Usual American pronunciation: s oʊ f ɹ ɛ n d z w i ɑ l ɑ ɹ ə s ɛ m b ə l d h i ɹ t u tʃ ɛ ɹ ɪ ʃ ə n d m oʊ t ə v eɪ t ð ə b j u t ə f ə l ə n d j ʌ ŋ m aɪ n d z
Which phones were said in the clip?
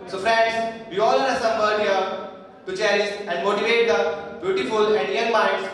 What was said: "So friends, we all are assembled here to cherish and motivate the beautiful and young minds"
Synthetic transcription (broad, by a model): s oʊ f ɹ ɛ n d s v i ɑ l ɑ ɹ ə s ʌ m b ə d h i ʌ t u tʃ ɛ ɹ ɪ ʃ ə n d m oʊ t ə v eɪ t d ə b j u t ə f ə l ə n d j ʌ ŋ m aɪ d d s